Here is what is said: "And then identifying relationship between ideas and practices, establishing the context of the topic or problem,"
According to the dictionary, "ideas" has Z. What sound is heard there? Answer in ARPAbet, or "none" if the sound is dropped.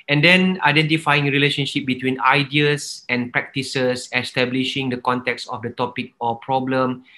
S